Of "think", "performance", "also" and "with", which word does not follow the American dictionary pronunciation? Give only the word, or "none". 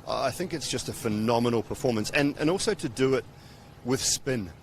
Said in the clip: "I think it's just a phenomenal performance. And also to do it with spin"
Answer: none